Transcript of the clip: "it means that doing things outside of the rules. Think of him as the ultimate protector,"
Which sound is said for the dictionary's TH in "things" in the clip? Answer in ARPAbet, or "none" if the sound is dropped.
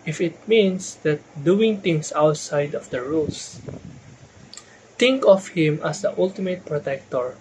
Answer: T